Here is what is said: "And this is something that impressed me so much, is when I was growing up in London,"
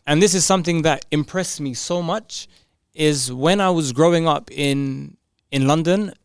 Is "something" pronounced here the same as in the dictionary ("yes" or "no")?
yes